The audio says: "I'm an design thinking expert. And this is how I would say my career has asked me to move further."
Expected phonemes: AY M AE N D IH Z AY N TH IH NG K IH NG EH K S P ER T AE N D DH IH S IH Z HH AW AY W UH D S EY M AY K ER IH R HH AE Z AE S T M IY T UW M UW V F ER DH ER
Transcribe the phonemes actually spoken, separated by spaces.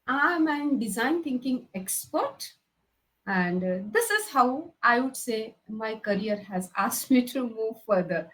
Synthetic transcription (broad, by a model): AY M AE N D IH Z AY N T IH NG K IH NG EH K S P ER T AE N D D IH S IH Z HH AW AY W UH D S EY M AY K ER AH R HH AE Z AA S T M IY T UW M UW V F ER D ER